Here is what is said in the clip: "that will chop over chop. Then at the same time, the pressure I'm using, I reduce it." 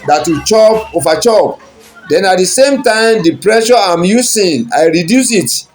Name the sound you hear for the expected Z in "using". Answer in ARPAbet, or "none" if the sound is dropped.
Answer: S